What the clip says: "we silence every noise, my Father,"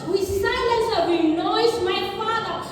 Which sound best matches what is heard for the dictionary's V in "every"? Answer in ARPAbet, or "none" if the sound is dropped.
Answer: none